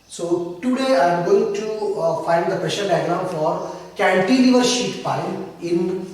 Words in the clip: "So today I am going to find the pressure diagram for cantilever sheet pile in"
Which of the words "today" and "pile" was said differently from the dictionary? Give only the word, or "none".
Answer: pile